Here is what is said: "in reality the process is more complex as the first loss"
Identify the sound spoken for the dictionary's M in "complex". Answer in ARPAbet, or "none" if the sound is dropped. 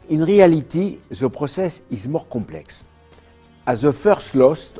none